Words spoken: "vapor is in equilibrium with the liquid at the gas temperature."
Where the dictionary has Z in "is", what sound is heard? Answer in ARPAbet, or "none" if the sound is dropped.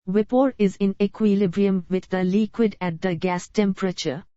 Z